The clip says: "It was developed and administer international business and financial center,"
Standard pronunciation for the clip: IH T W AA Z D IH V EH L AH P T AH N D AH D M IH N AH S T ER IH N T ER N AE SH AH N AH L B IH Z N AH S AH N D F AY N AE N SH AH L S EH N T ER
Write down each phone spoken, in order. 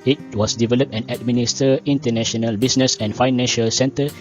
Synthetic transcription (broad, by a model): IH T W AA S D IH V EH L AH P T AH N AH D M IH N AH S T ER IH N T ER N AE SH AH N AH L B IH S N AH S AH N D F AY N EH N SH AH L S EH N T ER